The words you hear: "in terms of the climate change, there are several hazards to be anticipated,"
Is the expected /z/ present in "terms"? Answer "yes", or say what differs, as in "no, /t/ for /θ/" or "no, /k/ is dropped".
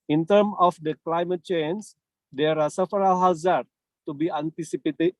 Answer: no, /z/ is dropped